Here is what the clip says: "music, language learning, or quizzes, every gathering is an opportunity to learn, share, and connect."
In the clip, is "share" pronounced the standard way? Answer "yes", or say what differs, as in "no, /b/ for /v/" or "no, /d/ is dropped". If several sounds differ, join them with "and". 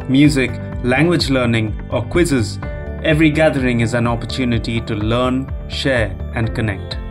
yes